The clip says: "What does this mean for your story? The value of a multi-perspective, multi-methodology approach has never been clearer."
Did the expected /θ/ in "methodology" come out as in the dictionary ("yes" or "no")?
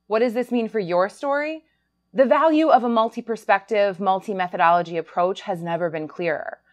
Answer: yes